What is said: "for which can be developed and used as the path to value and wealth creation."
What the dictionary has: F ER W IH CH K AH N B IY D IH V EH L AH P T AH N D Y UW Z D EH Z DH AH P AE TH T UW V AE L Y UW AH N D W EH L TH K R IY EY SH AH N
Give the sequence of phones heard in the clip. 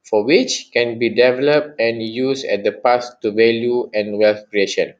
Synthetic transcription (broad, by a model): F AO W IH CH K AH N B IY D IH V EH L AH P T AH N Y UW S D EH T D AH P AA S T UW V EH L Y UW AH N W EH L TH K R IY EY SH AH N